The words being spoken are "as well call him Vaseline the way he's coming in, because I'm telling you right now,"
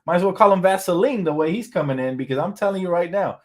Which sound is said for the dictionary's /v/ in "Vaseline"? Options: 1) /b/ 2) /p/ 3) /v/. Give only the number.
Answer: 3